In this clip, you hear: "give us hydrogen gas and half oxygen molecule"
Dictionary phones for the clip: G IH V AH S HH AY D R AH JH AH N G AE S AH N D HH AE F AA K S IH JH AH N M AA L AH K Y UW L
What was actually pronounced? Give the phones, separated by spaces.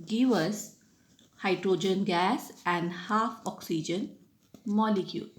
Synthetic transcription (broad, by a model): G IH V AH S HH AY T R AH JH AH N G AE S AH N D HH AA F AA K S IH JH AH N M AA L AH K Y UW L